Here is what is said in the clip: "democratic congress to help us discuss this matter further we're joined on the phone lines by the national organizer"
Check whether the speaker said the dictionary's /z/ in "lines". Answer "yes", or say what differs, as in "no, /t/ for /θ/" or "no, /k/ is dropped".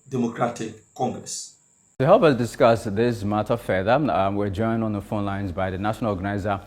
yes